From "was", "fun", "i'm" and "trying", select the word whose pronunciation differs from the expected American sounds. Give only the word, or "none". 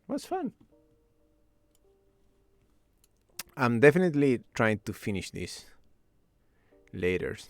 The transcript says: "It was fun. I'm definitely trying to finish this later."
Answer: was